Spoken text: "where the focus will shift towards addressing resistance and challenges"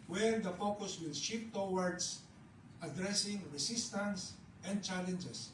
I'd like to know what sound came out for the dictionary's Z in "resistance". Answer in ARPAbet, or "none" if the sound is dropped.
S